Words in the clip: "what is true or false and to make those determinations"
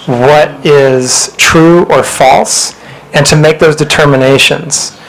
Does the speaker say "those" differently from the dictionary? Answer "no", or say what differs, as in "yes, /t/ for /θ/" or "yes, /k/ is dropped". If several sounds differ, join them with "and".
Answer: no